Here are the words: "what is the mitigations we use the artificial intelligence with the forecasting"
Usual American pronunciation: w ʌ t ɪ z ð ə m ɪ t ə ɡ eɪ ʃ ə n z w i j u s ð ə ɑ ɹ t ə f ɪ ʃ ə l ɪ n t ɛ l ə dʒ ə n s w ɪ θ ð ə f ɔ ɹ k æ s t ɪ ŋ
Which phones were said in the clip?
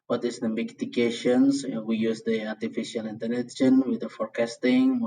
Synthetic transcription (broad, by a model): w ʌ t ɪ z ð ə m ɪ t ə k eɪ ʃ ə n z w i j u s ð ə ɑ ɹ t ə f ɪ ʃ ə l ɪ n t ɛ n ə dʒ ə n w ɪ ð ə f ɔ ɹ k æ s t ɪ ŋ